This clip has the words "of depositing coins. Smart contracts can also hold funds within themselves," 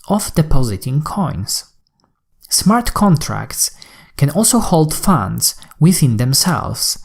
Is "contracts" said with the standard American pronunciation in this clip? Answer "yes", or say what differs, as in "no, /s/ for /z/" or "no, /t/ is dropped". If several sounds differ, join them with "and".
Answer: yes